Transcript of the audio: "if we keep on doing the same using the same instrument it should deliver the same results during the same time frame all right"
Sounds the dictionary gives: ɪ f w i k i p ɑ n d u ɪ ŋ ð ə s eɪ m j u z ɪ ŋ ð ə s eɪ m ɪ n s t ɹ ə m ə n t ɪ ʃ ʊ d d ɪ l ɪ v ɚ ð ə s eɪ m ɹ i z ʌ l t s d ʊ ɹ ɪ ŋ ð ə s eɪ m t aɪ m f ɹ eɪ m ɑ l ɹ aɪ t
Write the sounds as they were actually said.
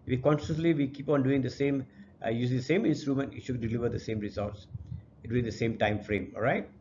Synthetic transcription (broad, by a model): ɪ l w i k i p ɑ n d u ɪ ŋ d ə s eɪ m j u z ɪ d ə s eɪ m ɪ n s t ɹ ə m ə n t ɪ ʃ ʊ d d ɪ l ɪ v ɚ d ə s eɪ m ɹ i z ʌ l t s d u ɪ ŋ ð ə s eɪ m t aɪ m f ɹ eɪ m ɑ l ɹ aɪ t